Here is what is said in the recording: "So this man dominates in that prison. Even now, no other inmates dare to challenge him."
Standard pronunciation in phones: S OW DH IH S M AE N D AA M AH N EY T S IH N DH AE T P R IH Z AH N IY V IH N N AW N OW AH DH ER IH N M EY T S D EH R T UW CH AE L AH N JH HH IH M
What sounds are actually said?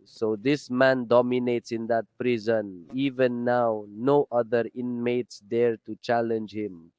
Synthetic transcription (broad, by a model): S OW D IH S M AE N D AA M AH N EY T S IH N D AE T P R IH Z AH N IY V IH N N AW N OW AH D ER IH N M EY T S D EH R T UW CH AE L AH N JH HH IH M